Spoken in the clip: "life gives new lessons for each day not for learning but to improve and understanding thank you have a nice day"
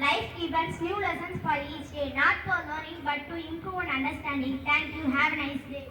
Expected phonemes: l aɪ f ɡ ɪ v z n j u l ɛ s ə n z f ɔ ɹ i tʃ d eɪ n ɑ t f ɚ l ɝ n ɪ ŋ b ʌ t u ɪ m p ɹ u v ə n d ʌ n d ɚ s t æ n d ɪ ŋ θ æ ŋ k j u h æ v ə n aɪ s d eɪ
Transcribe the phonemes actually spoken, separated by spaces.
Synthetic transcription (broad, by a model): l aɪ f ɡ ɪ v s n j u l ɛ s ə n s f ɔ ɹ i tʃ d eɪ n ɑ t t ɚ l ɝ ɪ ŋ b ʌ t u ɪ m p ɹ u ə n d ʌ n d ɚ s t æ n d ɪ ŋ t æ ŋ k j u h æ v n aɪ s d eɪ